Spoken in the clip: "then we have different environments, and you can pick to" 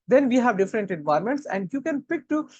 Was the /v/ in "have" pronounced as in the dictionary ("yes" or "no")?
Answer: yes